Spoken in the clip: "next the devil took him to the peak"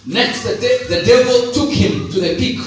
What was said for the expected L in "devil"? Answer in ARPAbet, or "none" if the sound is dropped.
L